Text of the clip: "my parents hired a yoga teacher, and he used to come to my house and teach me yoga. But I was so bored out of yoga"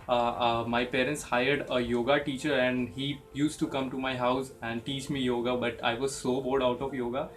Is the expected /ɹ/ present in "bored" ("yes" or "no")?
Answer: no